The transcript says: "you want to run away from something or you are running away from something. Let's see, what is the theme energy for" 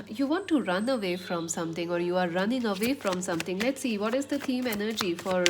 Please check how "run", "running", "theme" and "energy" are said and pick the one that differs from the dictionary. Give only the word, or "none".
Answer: theme